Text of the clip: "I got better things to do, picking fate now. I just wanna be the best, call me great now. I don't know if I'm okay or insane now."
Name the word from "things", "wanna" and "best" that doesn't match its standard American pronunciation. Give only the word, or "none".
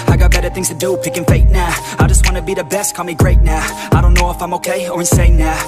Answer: none